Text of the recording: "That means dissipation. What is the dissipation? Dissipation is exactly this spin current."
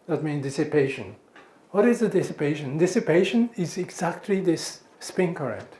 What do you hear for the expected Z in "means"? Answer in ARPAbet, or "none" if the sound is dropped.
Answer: none